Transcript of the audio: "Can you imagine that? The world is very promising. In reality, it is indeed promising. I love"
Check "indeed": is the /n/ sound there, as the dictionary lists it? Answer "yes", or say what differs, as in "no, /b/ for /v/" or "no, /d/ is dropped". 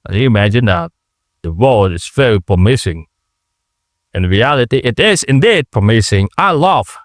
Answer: yes